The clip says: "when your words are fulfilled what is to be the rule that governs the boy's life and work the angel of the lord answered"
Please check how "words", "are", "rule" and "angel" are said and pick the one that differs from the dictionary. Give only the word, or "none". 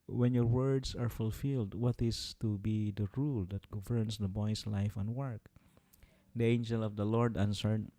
words